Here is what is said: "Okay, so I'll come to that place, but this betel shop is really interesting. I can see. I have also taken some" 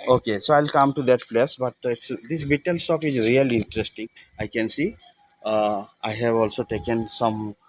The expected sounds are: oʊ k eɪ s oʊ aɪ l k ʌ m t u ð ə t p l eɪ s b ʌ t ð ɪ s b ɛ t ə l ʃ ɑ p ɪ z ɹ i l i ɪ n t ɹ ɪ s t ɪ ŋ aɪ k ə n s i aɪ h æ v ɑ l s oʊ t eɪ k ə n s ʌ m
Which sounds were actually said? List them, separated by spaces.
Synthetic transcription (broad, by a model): oʊ k eɪ s oʊ aɪ l k ʌ m t u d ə t p l eɪ s b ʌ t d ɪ s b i t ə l s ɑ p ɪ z ɹ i l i ɪ n t ɹ ɪ s t ɪ ŋ aɪ k ə n s i aɪ h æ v ɑ l s oʊ t eɪ k ə n s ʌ m